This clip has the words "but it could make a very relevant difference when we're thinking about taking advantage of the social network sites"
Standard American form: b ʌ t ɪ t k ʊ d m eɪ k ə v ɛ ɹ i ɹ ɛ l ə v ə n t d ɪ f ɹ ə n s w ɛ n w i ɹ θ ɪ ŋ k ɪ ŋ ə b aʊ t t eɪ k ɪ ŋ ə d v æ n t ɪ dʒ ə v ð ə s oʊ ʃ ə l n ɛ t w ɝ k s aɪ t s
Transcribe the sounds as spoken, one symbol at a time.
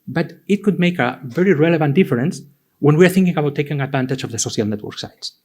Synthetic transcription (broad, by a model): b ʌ t ɪ t k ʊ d m eɪ k ə v ɛ ɹ i ɹ ɛ l ə v ə n t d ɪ f ɹ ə n s w ɛ n w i ɹ θ ɪ ŋ k ɪ ŋ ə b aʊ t t eɪ k ɪ ŋ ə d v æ n t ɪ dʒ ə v ð ə s oʊ ʃ ə l n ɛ t w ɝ k s aɪ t s